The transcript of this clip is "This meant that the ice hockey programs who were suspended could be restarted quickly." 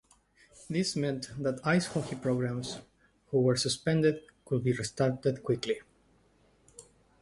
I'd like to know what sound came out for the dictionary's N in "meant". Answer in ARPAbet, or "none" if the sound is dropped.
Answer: N